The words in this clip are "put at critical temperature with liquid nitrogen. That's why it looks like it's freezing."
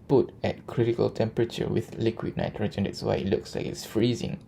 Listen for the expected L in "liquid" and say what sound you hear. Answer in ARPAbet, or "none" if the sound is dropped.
L